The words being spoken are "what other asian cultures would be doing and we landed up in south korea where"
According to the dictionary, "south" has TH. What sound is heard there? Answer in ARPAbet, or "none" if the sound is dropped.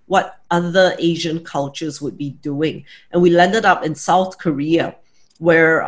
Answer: TH